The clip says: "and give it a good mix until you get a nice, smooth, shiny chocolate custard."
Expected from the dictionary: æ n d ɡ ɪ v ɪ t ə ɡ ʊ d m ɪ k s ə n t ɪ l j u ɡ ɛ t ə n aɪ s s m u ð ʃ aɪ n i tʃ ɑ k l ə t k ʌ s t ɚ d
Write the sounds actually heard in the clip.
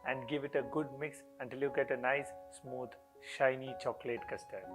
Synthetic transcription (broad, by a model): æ n d ɡ ɪ v ɪ t ə ɡ ʊ d m ɪ k s ə n t ɪ l j u ɡ ɛ t ə n aɪ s s m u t ʃ aɪ n i tʃ ɑ k l ə t k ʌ s t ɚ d